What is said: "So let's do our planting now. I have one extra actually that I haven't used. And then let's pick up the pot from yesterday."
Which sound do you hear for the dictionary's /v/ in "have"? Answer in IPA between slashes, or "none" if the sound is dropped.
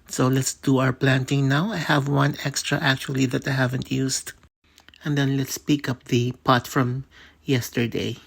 /v/